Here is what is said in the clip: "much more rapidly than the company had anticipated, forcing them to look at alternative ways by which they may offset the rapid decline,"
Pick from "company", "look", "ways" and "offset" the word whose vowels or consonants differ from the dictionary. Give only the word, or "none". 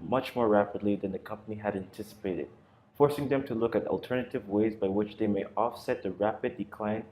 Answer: none